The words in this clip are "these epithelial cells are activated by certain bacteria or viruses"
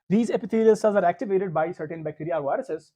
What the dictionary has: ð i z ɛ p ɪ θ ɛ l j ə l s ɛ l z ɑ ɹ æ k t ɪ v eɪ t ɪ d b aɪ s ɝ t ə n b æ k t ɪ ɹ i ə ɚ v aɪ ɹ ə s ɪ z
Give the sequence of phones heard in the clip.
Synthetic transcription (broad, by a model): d i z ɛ p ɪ t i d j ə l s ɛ z ɑ ɹ æ k t ɪ v eɪ t ɪ d b aɪ s ɝ t ə n b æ k t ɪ ɹ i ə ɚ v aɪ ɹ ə s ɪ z